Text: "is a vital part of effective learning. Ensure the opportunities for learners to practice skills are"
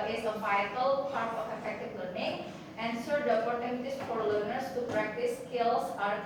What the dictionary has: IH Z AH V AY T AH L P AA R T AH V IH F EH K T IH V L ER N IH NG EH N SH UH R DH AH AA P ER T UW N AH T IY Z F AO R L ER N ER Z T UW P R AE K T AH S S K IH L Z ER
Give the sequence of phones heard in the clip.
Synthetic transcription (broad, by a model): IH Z AH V AY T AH L P AA R T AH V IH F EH K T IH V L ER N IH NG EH N S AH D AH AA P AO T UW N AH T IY S F AO R L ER N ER S T UW P R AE K T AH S S K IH L S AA